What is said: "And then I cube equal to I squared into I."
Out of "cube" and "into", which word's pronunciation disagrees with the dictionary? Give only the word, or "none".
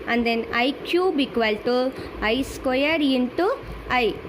none